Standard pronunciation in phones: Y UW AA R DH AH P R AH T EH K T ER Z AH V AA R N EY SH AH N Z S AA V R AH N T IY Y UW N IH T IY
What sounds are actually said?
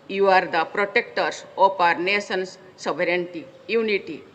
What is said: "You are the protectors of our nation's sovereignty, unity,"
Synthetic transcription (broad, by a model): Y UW AA R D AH P R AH T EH K T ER S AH P AA R N EY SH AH N S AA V R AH N T IY Y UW N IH T IY